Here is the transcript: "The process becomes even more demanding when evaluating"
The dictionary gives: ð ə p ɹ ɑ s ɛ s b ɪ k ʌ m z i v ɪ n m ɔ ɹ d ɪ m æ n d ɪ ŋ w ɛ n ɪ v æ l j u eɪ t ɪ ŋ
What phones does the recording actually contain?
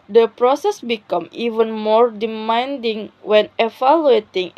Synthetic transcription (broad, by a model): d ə p ɹ ɑ s ɛ s b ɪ k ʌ m i v ɪ n m ɔ ɹ d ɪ m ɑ n d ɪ ŋ w ɛ n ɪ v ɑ l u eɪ t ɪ ŋ